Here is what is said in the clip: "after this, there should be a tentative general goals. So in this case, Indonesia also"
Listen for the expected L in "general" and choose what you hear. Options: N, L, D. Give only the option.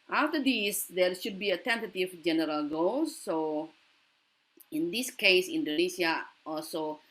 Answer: L